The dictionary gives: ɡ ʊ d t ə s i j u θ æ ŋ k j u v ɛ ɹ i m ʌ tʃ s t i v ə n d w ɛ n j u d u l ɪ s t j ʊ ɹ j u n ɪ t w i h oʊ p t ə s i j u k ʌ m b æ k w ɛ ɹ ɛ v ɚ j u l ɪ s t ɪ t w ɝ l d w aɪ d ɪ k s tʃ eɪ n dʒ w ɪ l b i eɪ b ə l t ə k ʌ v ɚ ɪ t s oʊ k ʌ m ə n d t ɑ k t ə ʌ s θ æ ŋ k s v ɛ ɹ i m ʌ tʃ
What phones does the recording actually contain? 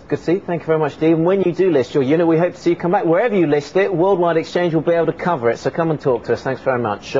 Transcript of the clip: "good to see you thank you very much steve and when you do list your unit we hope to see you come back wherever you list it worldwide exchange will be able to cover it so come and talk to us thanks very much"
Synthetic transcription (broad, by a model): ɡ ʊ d s i θ æ ŋ k j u v ɛ ɹ i m ʌ tʃ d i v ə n w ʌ n j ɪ d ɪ l ɪ s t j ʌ ɹ j u n ɪ t w i h oʊ p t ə s i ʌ k ʌ m b æ k w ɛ ɹ ɛ v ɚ j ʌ l ɪ s t ɪ t w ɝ l d w aɪ d ɪ k s tʃ eɪ n dʒ w ɪ l b i eɪ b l t ə k ʌ v ɚ ɪ t s oʊ k ʌ m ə n t ɑ k t ə ʌ s θ æ ŋ k s v ɛ ɹ i m ʌ tʃ